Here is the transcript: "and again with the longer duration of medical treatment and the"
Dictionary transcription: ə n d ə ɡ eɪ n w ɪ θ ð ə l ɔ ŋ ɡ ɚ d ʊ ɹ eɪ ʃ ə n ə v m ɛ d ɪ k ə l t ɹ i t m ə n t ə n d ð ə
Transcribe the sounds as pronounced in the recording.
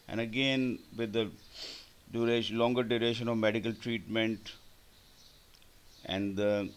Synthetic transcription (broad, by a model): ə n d ə ɡ eɪ n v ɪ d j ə l ɔ ŋ ɡ ɚ d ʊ ɹ eɪ ʃ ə n ə v m ɛ d ɪ k ə l t ɹ i t m ə n t ə n d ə